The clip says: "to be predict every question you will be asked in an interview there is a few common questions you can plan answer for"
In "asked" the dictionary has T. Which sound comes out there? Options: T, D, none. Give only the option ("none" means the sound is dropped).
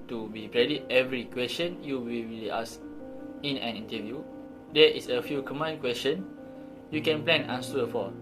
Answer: none